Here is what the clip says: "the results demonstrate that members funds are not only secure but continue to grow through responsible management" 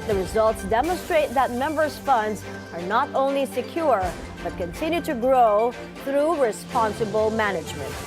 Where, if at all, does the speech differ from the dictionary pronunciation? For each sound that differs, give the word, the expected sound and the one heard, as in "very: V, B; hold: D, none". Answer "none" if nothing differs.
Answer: none